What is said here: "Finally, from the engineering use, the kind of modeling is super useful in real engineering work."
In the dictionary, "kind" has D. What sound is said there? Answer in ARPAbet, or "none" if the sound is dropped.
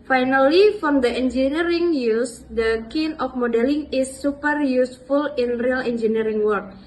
none